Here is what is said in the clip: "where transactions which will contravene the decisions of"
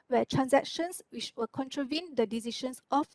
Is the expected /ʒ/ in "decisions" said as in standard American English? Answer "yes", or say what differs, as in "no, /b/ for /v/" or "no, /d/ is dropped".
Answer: no, /ʃ/ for /ʒ/